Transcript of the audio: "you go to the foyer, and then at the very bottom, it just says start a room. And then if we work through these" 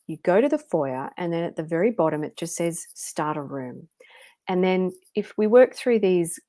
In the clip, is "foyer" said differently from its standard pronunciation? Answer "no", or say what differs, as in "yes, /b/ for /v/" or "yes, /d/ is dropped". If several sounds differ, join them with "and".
no